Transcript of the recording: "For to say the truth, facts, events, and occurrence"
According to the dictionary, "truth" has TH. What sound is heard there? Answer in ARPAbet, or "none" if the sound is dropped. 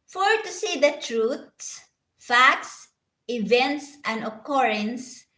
S